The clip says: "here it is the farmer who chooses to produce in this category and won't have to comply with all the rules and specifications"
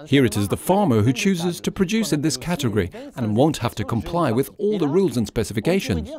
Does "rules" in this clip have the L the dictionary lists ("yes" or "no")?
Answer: yes